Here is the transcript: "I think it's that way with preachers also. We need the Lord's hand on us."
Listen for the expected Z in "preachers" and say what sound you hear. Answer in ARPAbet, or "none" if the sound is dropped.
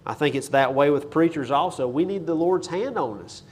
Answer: Z